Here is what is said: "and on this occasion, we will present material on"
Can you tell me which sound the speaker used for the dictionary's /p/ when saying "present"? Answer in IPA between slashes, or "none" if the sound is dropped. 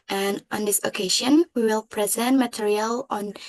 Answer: /p/